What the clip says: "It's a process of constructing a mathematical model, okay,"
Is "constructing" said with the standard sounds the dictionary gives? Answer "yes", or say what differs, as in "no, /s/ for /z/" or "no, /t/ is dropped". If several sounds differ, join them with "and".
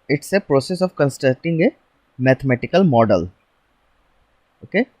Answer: no, /ɹ/ is dropped